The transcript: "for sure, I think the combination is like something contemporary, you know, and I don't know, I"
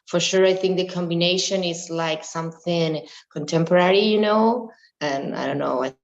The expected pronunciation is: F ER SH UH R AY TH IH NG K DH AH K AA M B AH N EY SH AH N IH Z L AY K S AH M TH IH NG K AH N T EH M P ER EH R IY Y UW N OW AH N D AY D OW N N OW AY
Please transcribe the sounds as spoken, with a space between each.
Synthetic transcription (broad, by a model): F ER SH UH R AY TH IH NG K DH AH K AA M B AH N EY SH AH N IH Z L AY K S AH M TH IH NG K AH N T EH M P ER EH R IY Y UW N OW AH N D AY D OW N N OW AY